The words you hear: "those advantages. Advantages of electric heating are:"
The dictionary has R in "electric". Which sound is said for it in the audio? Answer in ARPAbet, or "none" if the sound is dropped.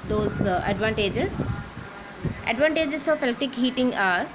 none